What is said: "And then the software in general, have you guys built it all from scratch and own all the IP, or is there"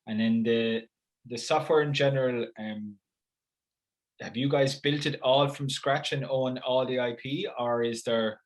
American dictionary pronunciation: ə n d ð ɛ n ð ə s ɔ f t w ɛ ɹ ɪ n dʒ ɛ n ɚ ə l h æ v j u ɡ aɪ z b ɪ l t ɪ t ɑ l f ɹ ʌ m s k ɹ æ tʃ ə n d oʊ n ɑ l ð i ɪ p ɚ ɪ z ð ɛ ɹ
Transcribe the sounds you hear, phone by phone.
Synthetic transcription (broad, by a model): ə n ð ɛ n ð ə s ɔ f t w ɛ ɹ ɪ n dʒ ɛ n ɚ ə l h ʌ v j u ɡ aɪ z b ɪ l t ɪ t ɑ l f ɹ ʌ m s k ɹ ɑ tʃ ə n oʊ n ɑ l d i ɪ p ɚ ɪ z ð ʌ ɹ